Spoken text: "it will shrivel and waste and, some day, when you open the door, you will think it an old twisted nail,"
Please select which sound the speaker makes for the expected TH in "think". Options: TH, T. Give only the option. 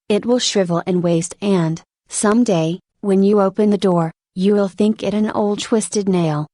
TH